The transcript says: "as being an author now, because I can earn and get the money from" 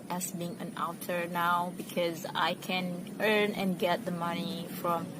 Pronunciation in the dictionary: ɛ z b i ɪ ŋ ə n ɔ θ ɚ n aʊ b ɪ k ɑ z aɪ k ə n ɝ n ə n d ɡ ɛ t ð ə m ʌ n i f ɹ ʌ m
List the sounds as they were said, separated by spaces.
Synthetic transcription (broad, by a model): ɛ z b i ɪ ŋ ə n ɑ t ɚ n aʊ b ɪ k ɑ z aɪ k ə n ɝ n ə n ɡ ɛ t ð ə m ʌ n i f ɹ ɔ m